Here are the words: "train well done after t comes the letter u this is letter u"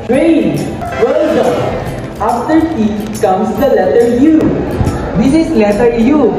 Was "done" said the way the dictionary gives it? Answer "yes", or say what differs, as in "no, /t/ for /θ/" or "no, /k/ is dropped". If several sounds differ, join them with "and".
no, /n/ is dropped